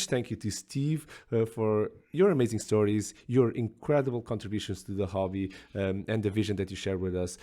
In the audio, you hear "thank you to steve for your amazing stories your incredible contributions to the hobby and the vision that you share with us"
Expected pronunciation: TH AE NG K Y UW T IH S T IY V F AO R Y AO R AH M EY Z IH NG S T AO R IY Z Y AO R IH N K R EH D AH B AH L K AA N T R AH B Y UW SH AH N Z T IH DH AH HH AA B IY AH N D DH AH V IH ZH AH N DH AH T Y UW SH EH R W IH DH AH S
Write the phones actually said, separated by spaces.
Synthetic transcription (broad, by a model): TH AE NG K Y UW T IH S T IY V F AO R Y AO R AH M EY Z IH NG S T AO R IY Z Y AO R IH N K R EH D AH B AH L K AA N T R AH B Y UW SH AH N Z T IH DH AH HH AA B IY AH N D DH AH V IH ZH AH N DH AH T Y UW SH EH R W IH DH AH S